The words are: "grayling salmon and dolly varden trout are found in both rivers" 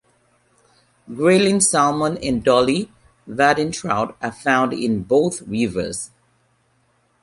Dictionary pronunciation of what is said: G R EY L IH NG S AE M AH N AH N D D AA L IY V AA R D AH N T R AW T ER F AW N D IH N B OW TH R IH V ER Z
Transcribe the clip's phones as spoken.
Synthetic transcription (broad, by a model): G R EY L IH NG S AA M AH N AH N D D AA L IY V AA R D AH N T R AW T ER F AW N D IH N B OW T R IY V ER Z